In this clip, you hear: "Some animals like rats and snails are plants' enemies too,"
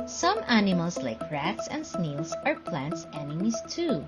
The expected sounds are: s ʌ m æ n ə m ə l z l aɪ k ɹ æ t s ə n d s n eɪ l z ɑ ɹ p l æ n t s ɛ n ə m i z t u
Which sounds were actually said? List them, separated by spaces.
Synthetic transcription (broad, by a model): s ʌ m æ n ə m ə l s l aɪ k ɹ æ t s ə n d s n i l s ɑ ɹ p l æ n t s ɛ n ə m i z t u